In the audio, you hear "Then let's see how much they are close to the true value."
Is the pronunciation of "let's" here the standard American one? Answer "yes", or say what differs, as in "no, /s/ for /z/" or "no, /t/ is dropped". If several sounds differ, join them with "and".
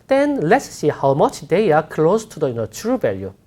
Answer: yes